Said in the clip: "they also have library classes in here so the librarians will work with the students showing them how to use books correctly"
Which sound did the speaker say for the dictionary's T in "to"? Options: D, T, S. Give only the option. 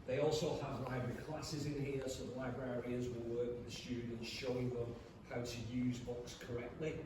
T